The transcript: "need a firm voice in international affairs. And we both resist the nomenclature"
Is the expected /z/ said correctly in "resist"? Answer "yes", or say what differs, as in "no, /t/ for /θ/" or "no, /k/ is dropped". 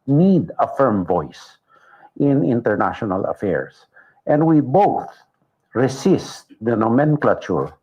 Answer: no, /s/ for /z/